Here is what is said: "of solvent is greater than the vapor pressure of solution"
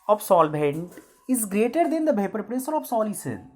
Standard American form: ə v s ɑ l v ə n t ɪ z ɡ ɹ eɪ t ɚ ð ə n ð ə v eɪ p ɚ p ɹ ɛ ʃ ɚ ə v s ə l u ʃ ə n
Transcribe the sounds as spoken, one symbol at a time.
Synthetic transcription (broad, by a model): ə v s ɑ l b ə n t ɪ z ɡ ɹ eɪ t ɚ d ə n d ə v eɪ p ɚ p ɹ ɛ s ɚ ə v s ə l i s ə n